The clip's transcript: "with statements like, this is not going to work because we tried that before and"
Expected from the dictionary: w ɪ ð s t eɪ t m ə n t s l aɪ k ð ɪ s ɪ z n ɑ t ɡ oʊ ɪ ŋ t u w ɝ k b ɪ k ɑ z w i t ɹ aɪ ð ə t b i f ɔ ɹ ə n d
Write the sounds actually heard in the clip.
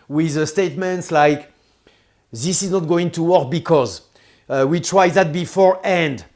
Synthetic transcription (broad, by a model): w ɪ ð s t eɪ t m ə n t s l aɪ k ð ɪ s ɪ z n ɑ t ɡ oʊ ɪ ŋ t u w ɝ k b ɪ k ɑ z w i t ɹ aɪ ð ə t b i f ɔ ɹ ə n d